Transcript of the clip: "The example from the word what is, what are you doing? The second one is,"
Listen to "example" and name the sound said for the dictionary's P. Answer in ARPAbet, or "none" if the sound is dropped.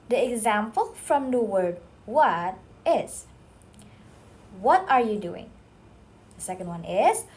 P